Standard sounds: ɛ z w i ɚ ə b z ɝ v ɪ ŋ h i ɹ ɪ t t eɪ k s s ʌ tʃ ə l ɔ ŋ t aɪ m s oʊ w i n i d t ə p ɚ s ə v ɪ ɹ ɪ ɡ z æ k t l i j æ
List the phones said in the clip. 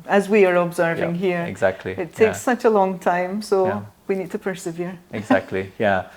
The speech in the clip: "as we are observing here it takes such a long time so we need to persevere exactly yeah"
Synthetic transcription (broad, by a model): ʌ z w i ɚ ə b z ɝ v ɪ ŋ h i ɹ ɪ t t eɪ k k s ʌ tʃ ə l ɔ ŋ t aɪ m s oʊ w i n i d t ə p ɚ s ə v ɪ ɹ ɪ ɡ z æ k t l i j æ